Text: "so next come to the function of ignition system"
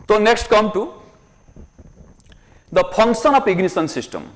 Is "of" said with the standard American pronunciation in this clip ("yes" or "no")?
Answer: no